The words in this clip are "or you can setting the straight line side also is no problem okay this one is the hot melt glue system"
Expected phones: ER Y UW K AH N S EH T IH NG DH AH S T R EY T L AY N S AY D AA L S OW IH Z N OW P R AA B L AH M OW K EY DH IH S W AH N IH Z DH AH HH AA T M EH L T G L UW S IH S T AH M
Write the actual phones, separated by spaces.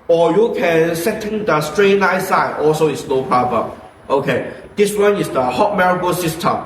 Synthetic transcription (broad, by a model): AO Y UW K AH N S EH T IH NG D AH S T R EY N AY S AY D AA L S OW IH S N OW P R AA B AH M OW K EY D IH S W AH N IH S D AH HH AA T M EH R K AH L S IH S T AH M